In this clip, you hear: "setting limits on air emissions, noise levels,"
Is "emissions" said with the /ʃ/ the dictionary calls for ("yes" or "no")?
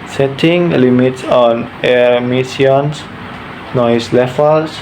no